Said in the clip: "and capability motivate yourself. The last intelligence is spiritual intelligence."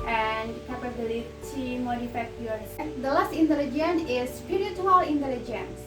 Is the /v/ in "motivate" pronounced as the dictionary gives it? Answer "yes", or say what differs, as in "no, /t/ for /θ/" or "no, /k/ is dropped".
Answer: no, /f/ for /v/